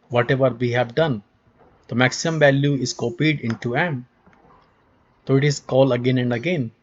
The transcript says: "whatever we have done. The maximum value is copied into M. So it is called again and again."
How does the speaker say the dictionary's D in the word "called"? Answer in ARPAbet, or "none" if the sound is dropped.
none